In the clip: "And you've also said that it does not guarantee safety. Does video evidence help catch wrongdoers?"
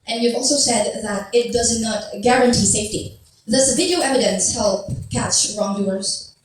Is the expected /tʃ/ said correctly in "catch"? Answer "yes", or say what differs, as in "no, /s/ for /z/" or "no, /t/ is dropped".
yes